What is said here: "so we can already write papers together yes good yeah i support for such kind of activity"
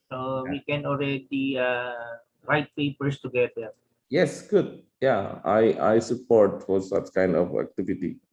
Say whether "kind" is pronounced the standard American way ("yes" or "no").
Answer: yes